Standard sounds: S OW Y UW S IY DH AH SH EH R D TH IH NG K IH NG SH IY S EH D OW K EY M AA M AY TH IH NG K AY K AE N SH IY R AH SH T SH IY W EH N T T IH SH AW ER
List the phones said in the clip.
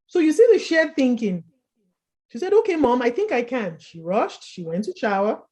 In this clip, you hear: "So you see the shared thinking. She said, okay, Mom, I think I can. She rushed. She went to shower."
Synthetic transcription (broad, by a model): S OW Y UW S IY DH AH SH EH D TH IH NG K IH NG SH IY S EH D OW K EY M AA M AY TH IH NG K AY K AE N SH IY R AH SH T SH IY W EH N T T IH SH AW ER